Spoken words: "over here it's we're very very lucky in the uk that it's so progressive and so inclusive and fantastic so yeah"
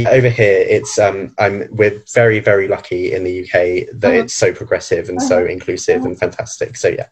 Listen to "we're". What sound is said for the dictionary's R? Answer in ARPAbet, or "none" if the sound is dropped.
W